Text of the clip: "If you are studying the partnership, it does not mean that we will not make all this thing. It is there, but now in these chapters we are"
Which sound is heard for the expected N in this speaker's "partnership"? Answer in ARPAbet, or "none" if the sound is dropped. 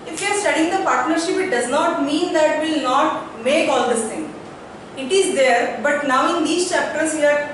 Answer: N